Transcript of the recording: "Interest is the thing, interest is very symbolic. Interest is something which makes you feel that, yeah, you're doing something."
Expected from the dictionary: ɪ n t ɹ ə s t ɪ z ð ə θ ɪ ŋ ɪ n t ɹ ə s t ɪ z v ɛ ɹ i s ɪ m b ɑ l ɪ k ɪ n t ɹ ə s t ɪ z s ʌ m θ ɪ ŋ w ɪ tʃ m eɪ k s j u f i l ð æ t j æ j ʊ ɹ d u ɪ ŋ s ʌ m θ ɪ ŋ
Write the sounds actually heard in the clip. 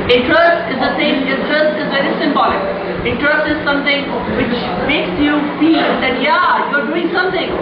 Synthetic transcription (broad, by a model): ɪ n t ɹ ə s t ɪ z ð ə s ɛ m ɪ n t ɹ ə s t ɪ z v ɛ ɹ i s ɪ m b ɑ l ɪ k ɪ n t ɹ ə s t ɪ z s ʌ m t ɪ ŋ w ɪ tʃ m eɪ k s j u f i l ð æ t j æ j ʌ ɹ d u ɪ ŋ s ʌ m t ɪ ŋ